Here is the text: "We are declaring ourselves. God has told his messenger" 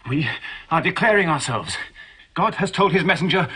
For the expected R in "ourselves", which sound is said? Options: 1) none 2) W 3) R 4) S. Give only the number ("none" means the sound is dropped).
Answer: 3